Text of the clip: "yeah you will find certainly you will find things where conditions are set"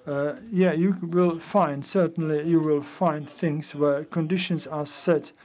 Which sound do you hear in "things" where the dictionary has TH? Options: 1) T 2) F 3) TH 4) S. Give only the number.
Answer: 3